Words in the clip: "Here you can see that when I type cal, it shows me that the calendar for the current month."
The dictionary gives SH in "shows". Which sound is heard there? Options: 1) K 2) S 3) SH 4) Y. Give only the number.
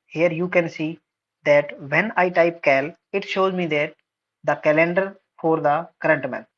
3